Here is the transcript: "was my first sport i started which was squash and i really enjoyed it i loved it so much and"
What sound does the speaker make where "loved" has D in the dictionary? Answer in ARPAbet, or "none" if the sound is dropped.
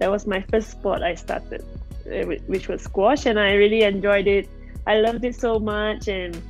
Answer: D